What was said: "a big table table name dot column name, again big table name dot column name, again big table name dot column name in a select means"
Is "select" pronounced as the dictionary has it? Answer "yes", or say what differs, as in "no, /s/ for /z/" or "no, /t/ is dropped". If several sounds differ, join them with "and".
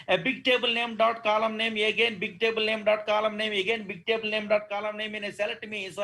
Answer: no, /k/ is dropped